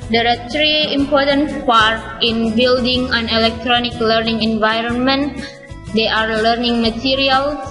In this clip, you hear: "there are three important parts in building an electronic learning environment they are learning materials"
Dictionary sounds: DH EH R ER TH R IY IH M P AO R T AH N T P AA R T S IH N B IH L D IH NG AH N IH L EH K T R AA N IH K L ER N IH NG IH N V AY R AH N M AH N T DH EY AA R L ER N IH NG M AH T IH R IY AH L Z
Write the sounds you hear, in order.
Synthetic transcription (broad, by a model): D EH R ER T R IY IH M P AO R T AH N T P AA R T IH N B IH L D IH NG AH N IH L EH K T R AA N IH K L ER N IH NG IH N V AY R AH N M AH N T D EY AA R L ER N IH NG M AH T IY R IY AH L